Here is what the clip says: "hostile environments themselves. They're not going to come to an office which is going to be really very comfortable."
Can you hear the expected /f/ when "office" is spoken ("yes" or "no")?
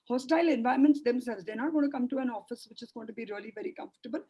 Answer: yes